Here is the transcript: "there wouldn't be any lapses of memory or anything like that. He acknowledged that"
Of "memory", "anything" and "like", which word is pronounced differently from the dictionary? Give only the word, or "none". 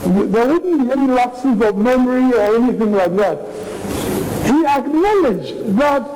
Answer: none